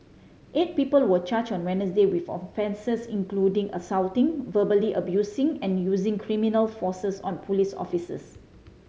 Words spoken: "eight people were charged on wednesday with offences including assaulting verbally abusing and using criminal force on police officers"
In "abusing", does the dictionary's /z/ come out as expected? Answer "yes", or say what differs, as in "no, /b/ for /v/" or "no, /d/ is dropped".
no, /s/ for /z/